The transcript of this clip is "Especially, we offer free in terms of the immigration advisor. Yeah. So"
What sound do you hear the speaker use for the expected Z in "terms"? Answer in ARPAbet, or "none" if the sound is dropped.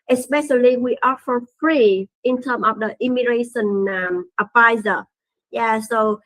none